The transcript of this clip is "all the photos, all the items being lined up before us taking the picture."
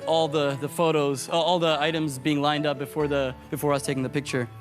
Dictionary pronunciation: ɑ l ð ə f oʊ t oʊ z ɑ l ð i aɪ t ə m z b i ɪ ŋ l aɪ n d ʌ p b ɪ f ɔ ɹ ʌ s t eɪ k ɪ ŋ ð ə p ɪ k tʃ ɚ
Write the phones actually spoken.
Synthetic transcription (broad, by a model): ɑ l ð ə f oʊ t oʊ z ɑ l ð i aɪ t ə m z b i ɪ ŋ l aɪ n d ʌ p b ɪ f ɔ ɹ ʌ s t eɪ k ɪ ŋ ð ə p ɪ k tʃ ɚ